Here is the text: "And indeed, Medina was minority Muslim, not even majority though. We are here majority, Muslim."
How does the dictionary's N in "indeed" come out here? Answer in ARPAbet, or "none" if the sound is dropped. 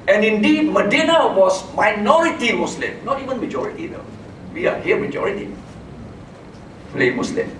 N